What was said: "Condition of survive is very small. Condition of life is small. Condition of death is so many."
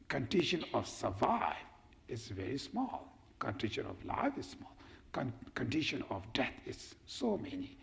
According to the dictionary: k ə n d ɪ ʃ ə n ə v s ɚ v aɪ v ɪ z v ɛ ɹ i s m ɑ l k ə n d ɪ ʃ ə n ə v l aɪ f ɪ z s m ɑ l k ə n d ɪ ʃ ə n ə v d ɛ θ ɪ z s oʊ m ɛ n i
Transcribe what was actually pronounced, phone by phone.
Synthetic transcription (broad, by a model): k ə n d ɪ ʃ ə n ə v s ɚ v aɪ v ɪ z v ɛ ɹ i s m ɑ l k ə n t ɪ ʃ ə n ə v l aɪ f ɪ z s m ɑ l k ə n d ɪ ʃ ə n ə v d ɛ t ɪ z s oʊ m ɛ n i